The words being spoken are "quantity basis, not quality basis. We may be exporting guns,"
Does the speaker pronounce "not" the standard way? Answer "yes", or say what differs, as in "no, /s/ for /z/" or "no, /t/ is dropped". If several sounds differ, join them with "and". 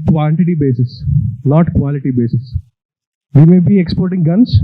no, /l/ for /n/